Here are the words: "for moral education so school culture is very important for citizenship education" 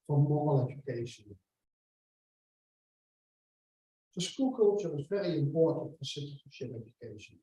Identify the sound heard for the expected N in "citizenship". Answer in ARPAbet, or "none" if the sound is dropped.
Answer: none